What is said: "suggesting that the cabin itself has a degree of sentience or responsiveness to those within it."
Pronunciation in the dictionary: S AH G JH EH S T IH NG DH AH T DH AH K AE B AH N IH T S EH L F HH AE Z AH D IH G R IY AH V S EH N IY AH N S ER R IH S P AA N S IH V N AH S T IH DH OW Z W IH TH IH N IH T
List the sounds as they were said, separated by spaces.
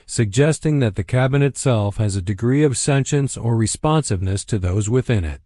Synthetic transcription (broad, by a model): S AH G JH EH S T IH NG DH AH T DH AH K AE B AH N IH T S EH L F HH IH Z AH D IH G R IY AH V S EH N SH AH N S ER R IH S P AA N S IH V N AH S T IH DH OW Z W IH TH IH N IH T